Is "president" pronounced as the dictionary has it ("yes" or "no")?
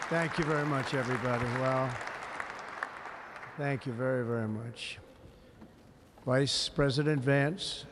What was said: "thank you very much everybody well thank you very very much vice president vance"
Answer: yes